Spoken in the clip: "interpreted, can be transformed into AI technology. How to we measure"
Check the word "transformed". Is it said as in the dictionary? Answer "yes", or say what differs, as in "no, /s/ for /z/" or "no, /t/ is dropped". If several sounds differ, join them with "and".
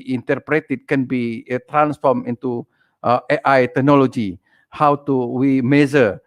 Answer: no, /d/ is dropped